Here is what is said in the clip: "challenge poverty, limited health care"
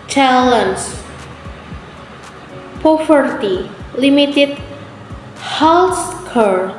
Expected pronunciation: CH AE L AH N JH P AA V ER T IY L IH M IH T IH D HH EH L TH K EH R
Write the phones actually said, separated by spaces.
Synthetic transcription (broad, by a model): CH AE L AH N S P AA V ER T IY L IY M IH T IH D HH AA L S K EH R